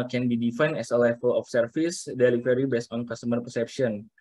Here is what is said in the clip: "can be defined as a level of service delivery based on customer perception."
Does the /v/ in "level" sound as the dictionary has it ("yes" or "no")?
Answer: no